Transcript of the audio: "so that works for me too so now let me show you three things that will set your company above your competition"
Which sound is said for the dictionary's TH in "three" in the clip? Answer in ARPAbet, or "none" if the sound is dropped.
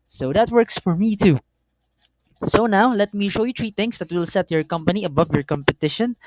T